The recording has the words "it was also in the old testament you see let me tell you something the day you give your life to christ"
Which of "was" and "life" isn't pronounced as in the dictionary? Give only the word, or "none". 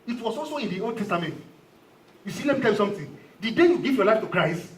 was